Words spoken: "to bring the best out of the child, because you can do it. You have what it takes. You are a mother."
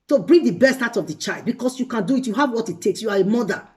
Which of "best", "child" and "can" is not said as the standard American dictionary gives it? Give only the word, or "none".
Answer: none